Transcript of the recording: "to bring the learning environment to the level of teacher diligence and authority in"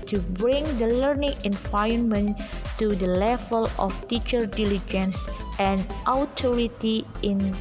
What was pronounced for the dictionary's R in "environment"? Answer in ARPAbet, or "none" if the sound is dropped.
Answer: none